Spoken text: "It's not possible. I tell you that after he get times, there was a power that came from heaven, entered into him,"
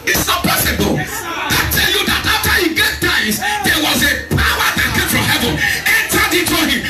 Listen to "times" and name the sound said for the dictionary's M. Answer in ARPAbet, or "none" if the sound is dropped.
none